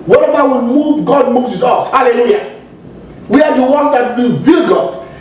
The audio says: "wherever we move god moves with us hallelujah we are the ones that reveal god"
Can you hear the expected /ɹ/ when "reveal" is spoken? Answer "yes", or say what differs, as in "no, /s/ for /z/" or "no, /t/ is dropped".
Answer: no, /w/ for /ɹ/